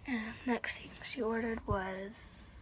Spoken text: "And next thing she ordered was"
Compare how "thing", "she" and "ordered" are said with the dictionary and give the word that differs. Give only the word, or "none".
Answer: thing